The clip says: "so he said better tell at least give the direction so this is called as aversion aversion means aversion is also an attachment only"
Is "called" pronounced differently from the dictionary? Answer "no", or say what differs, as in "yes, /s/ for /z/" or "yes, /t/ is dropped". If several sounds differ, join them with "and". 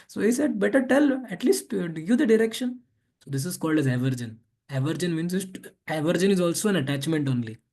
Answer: no